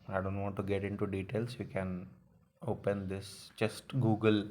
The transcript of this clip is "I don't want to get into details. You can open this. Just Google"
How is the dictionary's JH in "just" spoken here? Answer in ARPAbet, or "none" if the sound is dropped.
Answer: CH